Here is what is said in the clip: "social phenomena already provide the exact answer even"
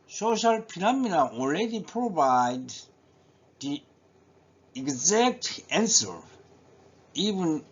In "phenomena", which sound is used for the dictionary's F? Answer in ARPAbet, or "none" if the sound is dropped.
P